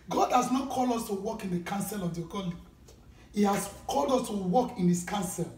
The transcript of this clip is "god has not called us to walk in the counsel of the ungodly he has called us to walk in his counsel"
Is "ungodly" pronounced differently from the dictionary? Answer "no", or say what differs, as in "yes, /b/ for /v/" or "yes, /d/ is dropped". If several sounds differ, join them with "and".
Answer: yes, /n/ is dropped